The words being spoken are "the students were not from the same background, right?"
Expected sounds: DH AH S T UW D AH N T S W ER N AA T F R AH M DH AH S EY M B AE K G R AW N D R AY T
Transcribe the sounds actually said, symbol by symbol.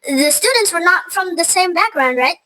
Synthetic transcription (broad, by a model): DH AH S T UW D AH N T S W ER N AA T F R AH M DH AH S EY M B AE K G R AW N D R AY T